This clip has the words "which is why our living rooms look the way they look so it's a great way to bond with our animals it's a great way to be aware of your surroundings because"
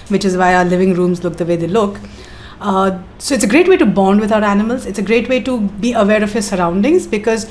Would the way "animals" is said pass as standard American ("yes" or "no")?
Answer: yes